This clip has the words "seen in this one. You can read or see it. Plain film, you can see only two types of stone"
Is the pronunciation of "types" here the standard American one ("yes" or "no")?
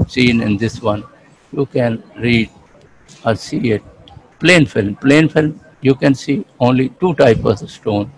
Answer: no